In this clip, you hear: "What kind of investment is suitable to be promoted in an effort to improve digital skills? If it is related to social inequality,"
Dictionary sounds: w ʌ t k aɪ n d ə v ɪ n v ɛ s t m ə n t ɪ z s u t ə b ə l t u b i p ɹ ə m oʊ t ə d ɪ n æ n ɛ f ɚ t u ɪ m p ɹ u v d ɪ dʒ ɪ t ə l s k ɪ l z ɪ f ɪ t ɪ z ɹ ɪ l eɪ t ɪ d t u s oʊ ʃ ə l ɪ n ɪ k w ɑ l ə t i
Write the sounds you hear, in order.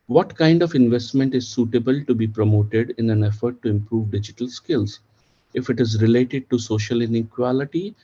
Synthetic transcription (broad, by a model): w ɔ t k aɪ n d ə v ɪ n v ɛ s t m ə n t ɪ z s u t ə b ə l t u b i p ɹ ə m oʊ t ə d ɪ n æ n ɛ f ɚ t u ɪ m p ɹ u v d ɪ dʒ ɪ t ə l s k ɪ l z ɪ f ɪ t ɪ z ɹ ɪ l eɪ t ɪ d t u s oʊ ʃ ə l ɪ n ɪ k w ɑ l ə t i